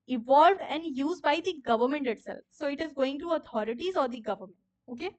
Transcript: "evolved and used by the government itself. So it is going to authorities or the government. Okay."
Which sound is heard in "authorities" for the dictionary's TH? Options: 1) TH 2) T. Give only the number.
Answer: 2